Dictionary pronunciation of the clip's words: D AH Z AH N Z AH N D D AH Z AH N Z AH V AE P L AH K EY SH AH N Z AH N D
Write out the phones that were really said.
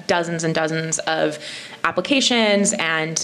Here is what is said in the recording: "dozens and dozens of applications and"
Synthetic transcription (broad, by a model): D AH Z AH N Z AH N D D AH Z AH N Z AH V AE P L AH K EY SH AH N Z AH N